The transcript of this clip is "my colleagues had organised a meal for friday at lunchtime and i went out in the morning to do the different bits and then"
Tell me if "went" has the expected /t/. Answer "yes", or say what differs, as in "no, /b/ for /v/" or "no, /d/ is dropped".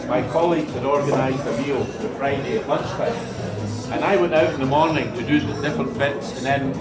yes